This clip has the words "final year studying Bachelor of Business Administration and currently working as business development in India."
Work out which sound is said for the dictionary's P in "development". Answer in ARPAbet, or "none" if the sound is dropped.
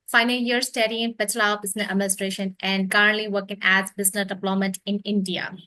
none